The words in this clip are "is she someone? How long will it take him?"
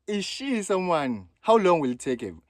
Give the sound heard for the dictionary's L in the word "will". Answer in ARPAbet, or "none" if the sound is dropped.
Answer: L